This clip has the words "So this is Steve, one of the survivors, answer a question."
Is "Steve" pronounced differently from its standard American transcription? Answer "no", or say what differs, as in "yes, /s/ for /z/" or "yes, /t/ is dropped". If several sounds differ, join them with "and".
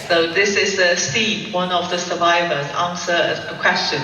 yes, /p/ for /v/